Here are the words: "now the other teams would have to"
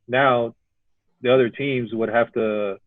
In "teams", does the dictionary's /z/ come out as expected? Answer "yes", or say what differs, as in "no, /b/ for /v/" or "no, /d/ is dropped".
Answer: yes